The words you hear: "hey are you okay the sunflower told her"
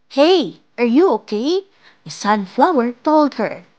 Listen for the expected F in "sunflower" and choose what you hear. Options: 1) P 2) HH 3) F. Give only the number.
3